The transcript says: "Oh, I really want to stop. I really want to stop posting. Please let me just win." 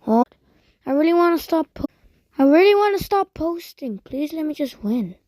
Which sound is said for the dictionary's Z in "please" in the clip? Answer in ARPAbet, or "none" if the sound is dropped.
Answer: Z